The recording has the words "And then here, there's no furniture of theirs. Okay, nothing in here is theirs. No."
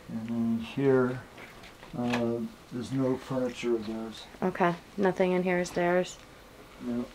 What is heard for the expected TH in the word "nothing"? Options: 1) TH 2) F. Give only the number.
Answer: 1